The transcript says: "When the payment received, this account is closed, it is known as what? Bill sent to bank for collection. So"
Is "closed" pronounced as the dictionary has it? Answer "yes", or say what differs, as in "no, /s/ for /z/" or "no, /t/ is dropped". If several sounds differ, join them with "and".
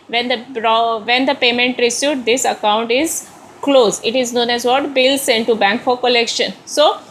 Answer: no, /d/ is dropped